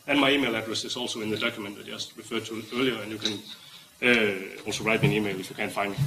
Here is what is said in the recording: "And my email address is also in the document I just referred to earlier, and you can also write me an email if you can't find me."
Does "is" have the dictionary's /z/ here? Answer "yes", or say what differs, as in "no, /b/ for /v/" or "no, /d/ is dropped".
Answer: no, /s/ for /z/